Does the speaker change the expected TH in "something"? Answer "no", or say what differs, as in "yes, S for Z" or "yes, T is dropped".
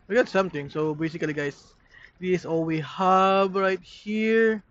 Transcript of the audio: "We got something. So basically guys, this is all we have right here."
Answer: yes, T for TH